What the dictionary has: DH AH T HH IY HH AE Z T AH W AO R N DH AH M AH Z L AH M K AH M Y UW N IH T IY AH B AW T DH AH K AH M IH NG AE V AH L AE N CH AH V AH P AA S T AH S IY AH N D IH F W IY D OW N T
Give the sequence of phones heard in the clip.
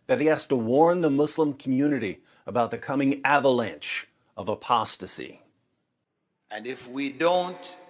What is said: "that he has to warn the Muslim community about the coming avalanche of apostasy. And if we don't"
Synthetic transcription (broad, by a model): DH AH T HH IY HH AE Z T AH W AO R N DH AH M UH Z L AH M K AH M Y UW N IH T IY AH B AW T DH AH K AH M IH NG AE V AH L AE N CH AH V AH P AA S T AH S IY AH N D IH F W IY D OW N T